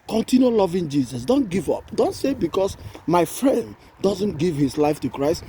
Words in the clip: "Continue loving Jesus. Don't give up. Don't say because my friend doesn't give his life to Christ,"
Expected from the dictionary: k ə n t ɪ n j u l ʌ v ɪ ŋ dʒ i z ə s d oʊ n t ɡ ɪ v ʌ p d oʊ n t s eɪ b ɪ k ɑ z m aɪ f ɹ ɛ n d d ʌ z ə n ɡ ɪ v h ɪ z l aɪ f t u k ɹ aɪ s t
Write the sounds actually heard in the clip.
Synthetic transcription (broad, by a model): k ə n t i n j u l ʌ v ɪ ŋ dʒ i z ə s d oʊ n t ɡ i v ʌ p d oʊ n t s eɪ b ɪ k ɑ s m aɪ f ɹ ɛ n d d ʌ z ə n ɡ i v h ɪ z l aɪ f t u k ɹ aɪ s t